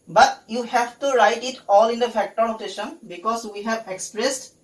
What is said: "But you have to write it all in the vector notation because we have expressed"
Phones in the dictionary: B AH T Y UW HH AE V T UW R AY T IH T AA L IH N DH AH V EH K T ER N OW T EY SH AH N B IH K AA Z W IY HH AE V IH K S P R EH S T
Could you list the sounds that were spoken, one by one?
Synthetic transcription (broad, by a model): B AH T Y UW HH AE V T UW R AY T IH T AA L IH N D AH F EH K T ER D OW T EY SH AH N B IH K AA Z W IY HH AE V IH K S P R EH S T